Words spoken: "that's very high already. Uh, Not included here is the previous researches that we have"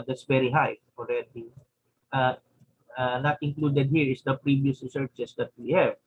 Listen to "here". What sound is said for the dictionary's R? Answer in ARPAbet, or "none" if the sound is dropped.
R